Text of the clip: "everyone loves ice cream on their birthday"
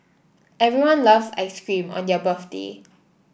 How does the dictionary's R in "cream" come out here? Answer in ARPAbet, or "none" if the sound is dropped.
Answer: R